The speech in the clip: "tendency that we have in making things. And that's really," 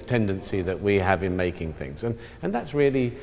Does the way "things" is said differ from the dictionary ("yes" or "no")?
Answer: no